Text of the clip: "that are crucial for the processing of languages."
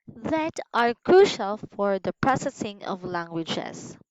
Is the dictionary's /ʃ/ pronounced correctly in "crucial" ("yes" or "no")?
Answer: yes